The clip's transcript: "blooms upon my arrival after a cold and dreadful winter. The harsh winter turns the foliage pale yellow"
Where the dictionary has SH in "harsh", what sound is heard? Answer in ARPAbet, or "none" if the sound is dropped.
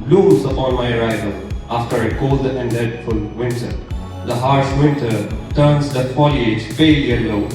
S